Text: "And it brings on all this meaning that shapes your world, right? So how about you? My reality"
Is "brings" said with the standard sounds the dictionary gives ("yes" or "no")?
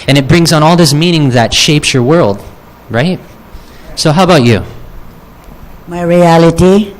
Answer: yes